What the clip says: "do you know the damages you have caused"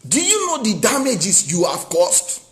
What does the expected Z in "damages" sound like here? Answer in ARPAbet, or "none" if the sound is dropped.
S